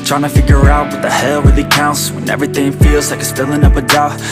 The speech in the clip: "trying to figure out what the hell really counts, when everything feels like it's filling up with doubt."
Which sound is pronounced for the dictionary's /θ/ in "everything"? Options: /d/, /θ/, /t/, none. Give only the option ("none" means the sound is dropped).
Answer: /θ/